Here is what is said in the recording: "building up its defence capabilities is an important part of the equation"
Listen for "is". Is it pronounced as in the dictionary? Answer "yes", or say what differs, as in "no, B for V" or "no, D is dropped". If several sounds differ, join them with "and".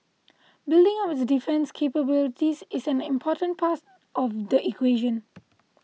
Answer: no, S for Z